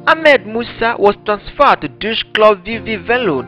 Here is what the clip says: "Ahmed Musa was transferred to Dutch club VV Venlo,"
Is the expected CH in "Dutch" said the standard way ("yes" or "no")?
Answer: no